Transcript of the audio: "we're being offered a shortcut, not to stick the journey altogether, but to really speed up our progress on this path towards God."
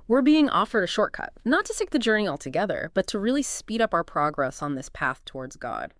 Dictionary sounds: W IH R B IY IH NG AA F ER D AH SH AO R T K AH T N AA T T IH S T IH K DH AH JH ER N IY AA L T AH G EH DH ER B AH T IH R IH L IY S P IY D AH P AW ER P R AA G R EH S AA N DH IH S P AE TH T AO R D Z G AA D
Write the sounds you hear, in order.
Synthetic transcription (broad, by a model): W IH R B IY IH NG AA F ER D AH SH AO R T K AH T N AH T T IH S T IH K DH AH JH ER N IY AA L T AH G EH DH ER B AH T IH R IH L IY S P IY D AH P AW ER P R AA G R EH S N DH IH S P AE TH T AO R D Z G AA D